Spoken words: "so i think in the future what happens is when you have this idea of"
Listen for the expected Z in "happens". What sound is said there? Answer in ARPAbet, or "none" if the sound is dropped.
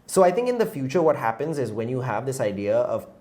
Z